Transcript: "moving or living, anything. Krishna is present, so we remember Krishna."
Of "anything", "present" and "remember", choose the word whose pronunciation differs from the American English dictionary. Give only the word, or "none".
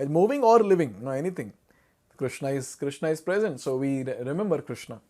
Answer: anything